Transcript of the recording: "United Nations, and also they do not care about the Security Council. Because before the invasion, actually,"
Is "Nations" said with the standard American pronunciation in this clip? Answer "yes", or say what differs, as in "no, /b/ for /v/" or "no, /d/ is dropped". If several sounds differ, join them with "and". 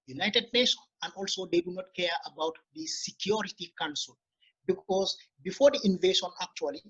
no, /z/ is dropped